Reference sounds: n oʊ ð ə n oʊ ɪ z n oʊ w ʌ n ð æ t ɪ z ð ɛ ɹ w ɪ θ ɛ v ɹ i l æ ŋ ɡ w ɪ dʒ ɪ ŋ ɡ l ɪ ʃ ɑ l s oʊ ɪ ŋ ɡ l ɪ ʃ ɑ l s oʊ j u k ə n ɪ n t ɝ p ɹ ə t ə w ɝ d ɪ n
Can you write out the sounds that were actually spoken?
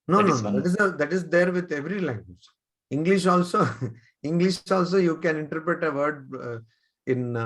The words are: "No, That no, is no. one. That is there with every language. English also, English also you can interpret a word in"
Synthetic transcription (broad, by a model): n oʊ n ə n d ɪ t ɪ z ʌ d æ t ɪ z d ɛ ɹ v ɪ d ɛ v ɹ i l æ ŋ ɡ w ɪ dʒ ɪ ŋ ɡ l ɪ ʃ ɑ l s oʊ ɪ ŋ ɡ l ɪ ʃ ɑ l s oʊ j u k ə n ɪ n t ɝ p ɹ ə t ə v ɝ d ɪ n